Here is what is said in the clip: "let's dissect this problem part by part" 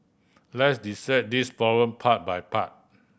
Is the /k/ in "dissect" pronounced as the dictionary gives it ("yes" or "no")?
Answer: no